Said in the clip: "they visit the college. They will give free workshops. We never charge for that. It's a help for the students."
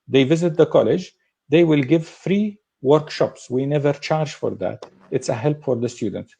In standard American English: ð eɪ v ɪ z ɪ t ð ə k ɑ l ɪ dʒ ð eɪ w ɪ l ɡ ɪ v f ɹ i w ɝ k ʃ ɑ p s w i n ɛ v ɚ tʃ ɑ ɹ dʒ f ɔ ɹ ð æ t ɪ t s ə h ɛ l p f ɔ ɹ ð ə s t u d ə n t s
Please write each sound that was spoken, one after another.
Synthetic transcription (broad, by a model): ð eɪ v ɪ z ɪ t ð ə k ɑ l ɪ dʒ ð eɪ w ɪ l ɡ ɪ v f ɹ i w ɝ k ʃ ɑ p s w i n ɛ v ɚ tʃ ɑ ɹ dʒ f ɔ ɹ ð æ t ɪ t s ə h ɛ l p f ɔ ɹ ð ə s t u d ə n t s